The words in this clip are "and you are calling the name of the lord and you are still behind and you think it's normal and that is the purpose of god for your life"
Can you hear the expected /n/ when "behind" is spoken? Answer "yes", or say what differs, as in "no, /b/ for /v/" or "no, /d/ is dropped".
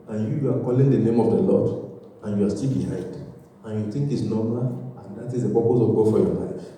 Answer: no, /n/ is dropped